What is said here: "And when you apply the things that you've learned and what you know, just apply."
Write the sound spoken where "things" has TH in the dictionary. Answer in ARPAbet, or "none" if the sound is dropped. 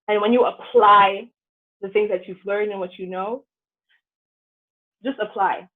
TH